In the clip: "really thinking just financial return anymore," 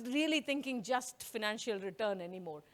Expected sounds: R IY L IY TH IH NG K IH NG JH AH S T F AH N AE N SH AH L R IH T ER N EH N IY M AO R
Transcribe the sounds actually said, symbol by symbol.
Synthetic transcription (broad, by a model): R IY L IY T IH NG K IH NG JH AH S T F AH N AE N SH AH L R IH T ER N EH N IY M AO R